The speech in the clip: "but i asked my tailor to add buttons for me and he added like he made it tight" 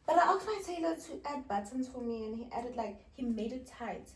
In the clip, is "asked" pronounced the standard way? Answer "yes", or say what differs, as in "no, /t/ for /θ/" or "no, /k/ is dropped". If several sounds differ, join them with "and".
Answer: no, /s/ is dropped